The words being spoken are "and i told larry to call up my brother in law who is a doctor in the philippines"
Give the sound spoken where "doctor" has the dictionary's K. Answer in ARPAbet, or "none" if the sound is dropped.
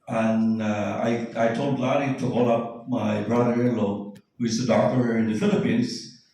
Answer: none